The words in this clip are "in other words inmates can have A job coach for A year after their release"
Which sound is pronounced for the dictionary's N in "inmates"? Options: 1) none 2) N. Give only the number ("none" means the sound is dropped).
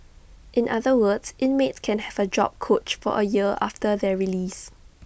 2